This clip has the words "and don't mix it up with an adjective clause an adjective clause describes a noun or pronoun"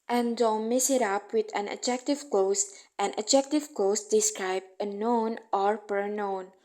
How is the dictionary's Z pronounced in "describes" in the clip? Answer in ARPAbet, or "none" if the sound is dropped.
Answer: none